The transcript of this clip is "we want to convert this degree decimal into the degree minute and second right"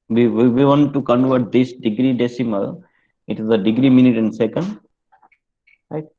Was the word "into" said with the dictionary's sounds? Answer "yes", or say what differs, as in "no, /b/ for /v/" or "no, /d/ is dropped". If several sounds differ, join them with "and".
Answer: no, /n/ is dropped